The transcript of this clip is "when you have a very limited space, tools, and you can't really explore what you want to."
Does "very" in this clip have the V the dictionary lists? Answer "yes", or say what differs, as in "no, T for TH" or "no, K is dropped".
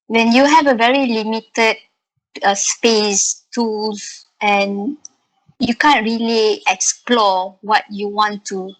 yes